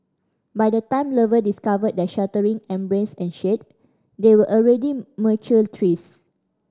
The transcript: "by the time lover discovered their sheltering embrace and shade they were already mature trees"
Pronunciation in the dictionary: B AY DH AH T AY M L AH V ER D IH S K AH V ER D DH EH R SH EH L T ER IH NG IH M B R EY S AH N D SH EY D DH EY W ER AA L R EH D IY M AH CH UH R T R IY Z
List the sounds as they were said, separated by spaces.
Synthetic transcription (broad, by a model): B AY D AH T AY M L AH V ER D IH S K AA V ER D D EH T SH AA T ER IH NG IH M B R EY S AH N SH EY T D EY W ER AA L R EH D IY M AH CH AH L T R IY S